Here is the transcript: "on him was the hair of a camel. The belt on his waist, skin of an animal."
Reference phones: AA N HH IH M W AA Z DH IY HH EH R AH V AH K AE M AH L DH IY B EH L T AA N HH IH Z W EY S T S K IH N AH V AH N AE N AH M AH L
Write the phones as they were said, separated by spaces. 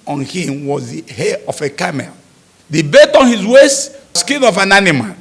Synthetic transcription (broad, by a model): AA N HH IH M W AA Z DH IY HH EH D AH F AH K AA M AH L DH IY B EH T AA N HH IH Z W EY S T S K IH N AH F AH N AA N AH M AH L